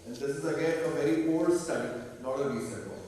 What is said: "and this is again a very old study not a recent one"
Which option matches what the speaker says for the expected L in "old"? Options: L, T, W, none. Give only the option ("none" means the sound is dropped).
none